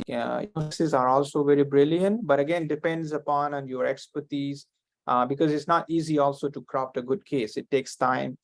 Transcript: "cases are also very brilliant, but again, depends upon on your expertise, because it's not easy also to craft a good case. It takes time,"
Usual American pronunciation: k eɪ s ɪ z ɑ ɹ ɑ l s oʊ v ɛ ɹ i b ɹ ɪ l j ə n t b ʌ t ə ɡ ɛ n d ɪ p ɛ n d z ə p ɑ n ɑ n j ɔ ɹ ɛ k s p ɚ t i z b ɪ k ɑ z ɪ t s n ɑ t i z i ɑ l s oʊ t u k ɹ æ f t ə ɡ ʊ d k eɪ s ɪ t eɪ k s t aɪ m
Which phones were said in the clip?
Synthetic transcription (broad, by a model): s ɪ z ɑ ɹ ɑ l s oʊ v ɛ ɹ i b ɹ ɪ l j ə n t b ʌ t ə ɡ ɛ n d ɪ p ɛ n d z ə p ɑ n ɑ n j ɔ ɹ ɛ k s p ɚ t i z b ɪ k ɑ z ɪ t s n ɑ t i z i ɑ l s oʊ t u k ɹ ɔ p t ə ɡ ʊ d k eɪ s ɪ t eɪ k s t aɪ m